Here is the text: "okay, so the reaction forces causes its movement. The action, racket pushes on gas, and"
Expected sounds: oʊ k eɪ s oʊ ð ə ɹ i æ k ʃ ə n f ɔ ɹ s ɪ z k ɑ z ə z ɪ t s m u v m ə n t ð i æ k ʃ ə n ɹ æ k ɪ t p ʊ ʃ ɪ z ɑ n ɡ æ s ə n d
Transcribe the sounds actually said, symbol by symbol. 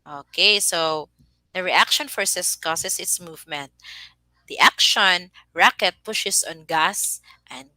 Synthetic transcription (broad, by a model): oʊ k eɪ s oʊ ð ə ɹ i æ k ʃ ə n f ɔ ɹ s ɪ s k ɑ s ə s ɪ t s m u v m ə n t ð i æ k ʃ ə n ɹ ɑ k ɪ t p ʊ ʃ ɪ s ɑ n ɡ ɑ s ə n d